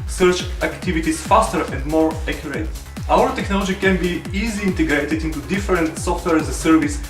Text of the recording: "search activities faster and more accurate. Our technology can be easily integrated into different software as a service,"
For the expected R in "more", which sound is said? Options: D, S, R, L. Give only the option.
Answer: R